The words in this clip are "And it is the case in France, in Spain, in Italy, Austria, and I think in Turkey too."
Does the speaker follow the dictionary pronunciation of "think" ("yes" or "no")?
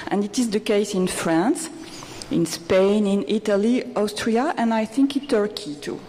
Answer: yes